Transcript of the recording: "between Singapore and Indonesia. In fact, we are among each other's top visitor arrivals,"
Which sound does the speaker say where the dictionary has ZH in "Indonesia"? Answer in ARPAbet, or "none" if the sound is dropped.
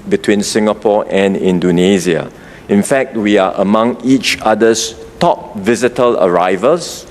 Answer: Z